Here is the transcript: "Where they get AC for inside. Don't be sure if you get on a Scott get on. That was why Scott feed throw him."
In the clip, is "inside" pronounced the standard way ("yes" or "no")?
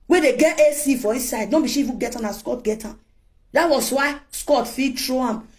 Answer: no